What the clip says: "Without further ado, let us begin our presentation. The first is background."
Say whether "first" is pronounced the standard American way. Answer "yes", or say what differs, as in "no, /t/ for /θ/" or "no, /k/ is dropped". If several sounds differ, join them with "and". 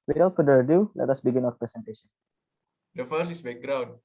no, /t/ is dropped